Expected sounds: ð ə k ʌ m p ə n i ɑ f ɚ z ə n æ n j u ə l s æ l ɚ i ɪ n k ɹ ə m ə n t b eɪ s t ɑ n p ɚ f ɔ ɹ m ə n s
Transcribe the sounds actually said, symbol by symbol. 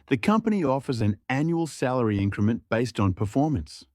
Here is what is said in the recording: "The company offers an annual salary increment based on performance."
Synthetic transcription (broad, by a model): ð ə k ʌ m p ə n i ɑ f ɚ z ə n æ n j u ə l s æ l ɚ i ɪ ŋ k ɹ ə m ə n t b eɪ s t n p ɚ f ɔ ɹ m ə n s